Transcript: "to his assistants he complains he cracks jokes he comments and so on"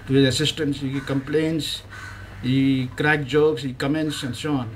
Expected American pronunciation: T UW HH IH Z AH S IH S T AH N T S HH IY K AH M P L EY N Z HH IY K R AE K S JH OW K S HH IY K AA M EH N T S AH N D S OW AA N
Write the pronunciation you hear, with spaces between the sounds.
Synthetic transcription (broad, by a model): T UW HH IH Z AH S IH S T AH N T S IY K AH M P L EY N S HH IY K R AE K JH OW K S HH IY K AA M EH N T S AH N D S OW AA N